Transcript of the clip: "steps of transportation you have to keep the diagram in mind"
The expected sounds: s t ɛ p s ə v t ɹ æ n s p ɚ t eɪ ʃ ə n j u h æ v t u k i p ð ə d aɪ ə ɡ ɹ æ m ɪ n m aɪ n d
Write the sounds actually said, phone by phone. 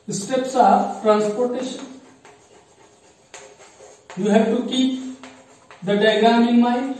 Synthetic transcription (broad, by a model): s t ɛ p s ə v t ɹ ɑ n s p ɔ t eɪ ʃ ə n j u h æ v t u k i p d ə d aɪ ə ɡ ɑ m ɪ n m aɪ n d